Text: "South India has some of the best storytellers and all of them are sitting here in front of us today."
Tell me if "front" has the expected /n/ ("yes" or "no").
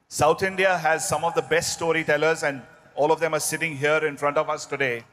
yes